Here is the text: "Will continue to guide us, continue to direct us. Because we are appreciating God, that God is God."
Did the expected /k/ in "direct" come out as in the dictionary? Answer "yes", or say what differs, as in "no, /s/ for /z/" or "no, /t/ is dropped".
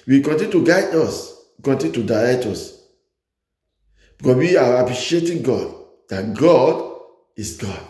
no, /k/ is dropped